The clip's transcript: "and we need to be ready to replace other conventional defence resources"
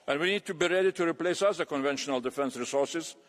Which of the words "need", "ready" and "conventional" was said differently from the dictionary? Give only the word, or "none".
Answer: none